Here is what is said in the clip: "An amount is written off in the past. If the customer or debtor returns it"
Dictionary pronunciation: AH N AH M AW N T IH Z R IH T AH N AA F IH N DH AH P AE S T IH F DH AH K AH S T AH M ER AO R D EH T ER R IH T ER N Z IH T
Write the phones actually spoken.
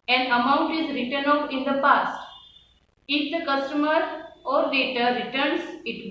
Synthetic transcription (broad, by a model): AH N AH M AW N T IH Z R IH T AH N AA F IH N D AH P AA S T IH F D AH K AH S T AH M ER AO R D EH T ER R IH T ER N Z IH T